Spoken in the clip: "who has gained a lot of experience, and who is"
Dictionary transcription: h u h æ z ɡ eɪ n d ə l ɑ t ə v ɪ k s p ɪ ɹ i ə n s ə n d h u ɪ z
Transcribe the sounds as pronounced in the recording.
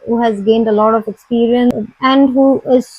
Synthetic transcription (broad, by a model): h u h æ z ɡ eɪ n d ə l ɑ t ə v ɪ k s p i ɹ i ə n ə n d h u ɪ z